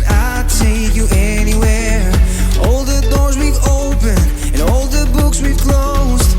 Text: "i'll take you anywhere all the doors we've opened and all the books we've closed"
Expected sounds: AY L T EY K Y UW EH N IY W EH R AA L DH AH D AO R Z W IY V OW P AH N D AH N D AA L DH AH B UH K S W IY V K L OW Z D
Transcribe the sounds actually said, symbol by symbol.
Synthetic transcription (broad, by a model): AY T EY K Y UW EH N IY W EH R AA L DH AH D AO R Z W IY V OW P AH N AH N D AA L DH AH B UH K S W IY V K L OW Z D